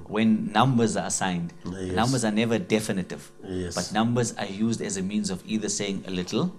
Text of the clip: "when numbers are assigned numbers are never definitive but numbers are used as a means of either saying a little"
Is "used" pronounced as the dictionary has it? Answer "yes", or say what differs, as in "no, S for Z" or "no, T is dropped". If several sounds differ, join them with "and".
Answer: yes